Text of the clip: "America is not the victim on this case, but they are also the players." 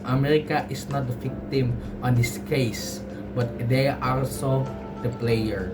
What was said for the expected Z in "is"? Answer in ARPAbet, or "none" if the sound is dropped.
S